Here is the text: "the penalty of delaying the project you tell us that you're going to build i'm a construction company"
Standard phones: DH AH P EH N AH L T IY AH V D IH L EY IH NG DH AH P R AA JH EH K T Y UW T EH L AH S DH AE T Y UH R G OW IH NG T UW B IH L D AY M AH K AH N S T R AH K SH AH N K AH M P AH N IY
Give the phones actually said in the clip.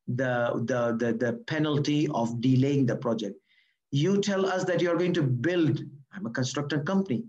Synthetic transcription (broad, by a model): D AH P EH N AH L T IY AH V D IH L EY IH NG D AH P R AA JH EH K T Y UW T EH L AH S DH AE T Y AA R G OW IH NG T UW B IH L D AY M AH K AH N S T R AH K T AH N K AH M P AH N IY